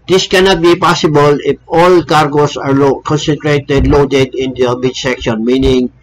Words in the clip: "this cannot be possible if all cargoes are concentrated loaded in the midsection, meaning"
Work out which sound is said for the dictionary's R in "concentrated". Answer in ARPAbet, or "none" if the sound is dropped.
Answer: R